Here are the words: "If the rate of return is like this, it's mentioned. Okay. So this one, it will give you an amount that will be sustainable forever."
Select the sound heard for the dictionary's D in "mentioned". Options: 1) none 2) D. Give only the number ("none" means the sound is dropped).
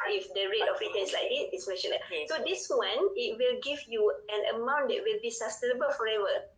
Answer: 1